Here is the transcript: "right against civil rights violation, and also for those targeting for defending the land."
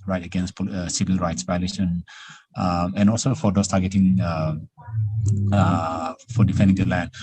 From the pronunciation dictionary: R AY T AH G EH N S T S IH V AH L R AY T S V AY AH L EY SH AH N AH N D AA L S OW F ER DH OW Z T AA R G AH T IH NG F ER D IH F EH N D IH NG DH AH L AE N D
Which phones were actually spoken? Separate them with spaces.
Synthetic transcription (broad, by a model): R AY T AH G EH N S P S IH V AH L R AY T S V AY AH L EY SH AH N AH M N AA L S OW F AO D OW S T AA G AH T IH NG F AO D IH F EH N D IH NG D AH L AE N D